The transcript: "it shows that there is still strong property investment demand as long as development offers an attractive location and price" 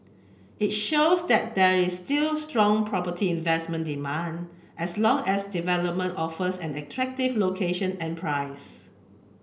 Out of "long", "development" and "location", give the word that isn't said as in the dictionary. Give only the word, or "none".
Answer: none